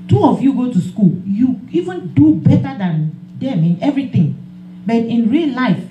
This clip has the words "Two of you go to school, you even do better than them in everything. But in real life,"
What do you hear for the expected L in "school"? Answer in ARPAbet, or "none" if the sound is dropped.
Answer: L